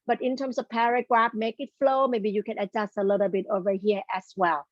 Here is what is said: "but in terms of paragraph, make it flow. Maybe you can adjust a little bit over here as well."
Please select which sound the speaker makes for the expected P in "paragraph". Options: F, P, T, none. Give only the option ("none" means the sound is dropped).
P